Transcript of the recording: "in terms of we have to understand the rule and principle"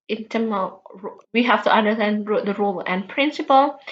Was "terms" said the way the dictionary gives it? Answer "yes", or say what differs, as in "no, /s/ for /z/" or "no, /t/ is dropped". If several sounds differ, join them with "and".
no, /z/ is dropped